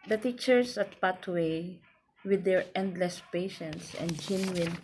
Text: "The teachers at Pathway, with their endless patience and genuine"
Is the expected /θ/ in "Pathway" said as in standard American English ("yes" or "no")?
no